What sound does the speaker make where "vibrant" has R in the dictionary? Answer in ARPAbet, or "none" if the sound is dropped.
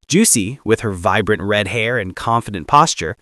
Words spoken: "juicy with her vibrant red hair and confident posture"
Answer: R